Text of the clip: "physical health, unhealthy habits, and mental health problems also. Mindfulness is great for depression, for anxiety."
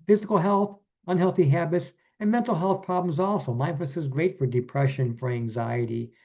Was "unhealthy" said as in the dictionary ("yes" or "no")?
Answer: yes